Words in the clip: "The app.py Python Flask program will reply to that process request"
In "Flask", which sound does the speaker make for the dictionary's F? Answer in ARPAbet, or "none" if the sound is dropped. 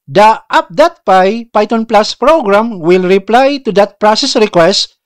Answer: P